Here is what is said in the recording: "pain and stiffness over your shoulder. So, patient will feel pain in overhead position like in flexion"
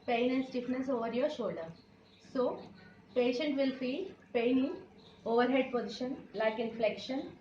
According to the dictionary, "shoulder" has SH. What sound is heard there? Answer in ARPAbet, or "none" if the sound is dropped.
SH